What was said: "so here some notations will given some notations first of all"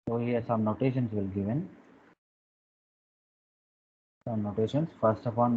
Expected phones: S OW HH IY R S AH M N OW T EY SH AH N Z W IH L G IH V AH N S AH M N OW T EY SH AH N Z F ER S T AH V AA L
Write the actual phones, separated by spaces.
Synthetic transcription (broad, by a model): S OW HH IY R S AH M N OW T EY SH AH N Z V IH L G IH V AH N S AH M N OW T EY SH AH N S F ER S T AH P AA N